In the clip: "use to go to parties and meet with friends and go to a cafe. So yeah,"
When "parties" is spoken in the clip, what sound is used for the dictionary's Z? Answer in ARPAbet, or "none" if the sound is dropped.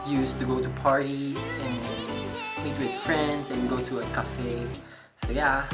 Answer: none